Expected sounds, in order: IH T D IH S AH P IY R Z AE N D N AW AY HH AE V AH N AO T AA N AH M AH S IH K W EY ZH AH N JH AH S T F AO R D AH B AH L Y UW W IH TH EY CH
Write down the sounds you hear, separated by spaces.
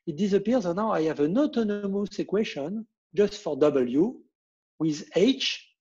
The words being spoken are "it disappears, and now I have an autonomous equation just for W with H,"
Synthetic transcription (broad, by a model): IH T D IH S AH P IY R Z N N AW AY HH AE V AH N AO T AA N AH M AH S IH K W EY SH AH N JH AH S T F AO R D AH B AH L Y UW W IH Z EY CH